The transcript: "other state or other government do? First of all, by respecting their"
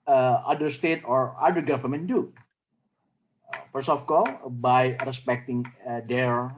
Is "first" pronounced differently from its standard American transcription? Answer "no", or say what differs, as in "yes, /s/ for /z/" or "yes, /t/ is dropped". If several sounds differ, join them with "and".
yes, /t/ is dropped